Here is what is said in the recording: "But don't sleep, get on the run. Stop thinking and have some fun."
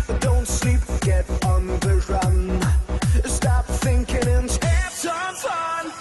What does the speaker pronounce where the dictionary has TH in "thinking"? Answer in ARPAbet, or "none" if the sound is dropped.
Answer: TH